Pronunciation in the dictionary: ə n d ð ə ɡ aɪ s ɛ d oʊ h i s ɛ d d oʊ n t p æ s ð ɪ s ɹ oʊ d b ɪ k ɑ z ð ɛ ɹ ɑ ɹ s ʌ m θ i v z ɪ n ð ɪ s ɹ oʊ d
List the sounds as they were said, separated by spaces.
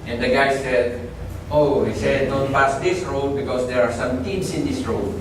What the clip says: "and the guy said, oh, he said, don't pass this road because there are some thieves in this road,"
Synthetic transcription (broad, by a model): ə n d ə ɡ aɪ s ɛ d oʊ h i s ɛ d d oʊ n t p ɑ s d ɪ s ɹ oʊ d b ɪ k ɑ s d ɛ ɹ ɑ ɹ s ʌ m t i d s ɪ n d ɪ s ɹ oʊ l